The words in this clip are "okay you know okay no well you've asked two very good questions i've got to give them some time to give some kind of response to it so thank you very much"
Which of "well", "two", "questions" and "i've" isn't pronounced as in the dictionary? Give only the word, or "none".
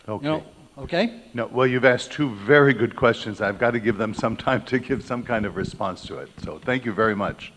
none